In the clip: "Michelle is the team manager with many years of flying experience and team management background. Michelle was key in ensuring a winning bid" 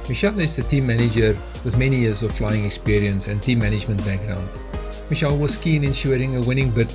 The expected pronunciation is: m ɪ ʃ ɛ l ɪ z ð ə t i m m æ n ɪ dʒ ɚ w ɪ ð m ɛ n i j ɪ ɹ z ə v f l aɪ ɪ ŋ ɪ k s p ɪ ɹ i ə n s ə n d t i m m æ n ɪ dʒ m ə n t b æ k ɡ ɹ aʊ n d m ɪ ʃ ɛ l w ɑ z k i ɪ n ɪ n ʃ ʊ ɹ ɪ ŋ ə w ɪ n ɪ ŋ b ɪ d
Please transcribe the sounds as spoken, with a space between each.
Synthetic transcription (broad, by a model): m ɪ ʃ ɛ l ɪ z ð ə t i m m æ n ɪ dʒ ɚ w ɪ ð m ɛ n i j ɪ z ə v f l aɪ ɪ ŋ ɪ k s p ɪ ɹ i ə n s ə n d t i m m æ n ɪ dʒ m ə n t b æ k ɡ ɹ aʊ n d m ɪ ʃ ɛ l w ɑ s k i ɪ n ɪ n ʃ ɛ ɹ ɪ ŋ ə w ɪ n ɪ ŋ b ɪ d